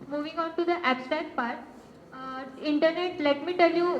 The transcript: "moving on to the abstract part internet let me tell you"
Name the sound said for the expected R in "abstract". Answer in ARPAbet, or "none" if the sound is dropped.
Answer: none